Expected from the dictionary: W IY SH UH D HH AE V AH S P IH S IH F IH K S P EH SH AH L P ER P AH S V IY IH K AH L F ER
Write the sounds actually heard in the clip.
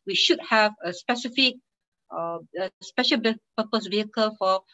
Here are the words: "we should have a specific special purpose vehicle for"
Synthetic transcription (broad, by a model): W IY SH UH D HH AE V AH S P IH S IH F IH K S P EH SH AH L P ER P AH S V IY IH K AH L F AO